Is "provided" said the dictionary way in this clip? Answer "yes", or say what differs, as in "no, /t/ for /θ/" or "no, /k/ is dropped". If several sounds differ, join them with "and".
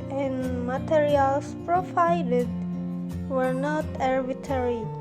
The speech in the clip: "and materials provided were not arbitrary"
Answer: no, /f/ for /v/